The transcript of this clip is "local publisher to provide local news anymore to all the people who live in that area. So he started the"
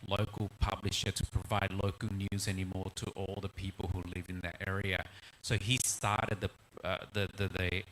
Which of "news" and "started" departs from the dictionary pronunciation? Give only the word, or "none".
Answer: none